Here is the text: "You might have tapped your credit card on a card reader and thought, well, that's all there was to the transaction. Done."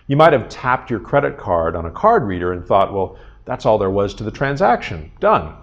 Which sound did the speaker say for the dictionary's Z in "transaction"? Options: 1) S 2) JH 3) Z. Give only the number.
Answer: 3